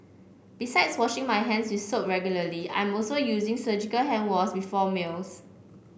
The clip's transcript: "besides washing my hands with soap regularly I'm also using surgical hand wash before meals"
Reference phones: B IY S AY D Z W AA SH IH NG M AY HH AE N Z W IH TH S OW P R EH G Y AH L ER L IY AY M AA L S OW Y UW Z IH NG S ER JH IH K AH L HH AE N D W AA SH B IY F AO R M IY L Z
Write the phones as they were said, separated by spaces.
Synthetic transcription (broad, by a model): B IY S AY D S W AA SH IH NG M AY HH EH N S W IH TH S OW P R EH G Y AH L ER L IY AY M AA L S OW Y UW Z IH NG S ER JH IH K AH L HH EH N W AA S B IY F AO M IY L S